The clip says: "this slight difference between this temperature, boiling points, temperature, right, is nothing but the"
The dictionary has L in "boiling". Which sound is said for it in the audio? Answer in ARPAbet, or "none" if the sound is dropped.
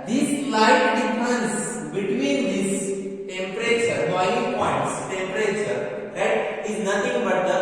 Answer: none